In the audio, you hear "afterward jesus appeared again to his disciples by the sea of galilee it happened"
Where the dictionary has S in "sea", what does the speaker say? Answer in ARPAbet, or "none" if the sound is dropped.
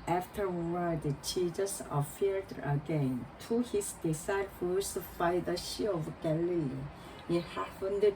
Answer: SH